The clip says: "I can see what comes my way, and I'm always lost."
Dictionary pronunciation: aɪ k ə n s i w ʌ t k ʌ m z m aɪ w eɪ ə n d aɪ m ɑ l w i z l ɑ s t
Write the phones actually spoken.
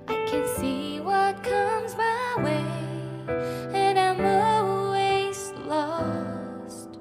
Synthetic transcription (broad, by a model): aɪ k ə n s i w ʌ t k ʌ m z m aɪ w eɪ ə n aɪ m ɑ l w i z l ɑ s t